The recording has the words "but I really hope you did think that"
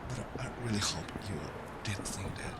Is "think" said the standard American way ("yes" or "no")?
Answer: no